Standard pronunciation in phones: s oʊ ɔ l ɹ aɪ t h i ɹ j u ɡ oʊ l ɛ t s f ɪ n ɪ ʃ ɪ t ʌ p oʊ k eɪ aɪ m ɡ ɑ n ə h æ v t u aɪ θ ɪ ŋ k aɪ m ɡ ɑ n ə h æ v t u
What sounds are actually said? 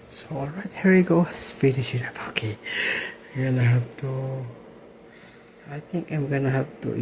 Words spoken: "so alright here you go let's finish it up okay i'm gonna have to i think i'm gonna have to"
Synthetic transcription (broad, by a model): s oʊ ɔ l ɹ aɪ t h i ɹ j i ɡ oʊ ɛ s f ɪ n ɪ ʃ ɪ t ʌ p oʊ k eɪ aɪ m ɡ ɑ n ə h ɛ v t u aɪ t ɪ ŋ k aɪ m ɡ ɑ n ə h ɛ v t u